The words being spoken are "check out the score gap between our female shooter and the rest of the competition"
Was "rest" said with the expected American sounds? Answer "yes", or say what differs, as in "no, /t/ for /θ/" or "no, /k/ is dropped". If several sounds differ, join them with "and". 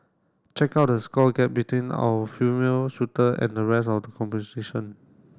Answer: no, /t/ is dropped